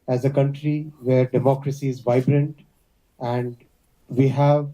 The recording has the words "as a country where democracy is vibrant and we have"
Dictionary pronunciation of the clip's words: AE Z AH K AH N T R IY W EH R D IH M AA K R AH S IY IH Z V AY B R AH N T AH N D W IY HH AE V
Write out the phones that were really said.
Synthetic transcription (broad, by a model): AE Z AH K AH N T R IY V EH R D IH M AA K R AH S IY IH Z V AY B R AH N T AH N D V IY HH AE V